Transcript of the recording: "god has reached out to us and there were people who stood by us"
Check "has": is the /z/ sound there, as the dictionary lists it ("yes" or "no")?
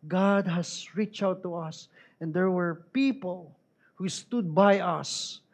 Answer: no